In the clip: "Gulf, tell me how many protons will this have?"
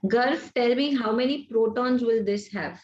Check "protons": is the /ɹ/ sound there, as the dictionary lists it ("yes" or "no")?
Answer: yes